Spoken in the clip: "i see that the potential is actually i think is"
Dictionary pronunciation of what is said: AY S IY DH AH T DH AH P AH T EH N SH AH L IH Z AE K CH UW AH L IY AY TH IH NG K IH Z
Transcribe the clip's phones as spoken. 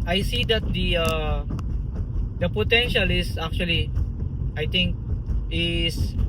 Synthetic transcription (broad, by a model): AY S IY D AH T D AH P AH T EH N SH AH L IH S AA K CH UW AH L IY AY T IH NG K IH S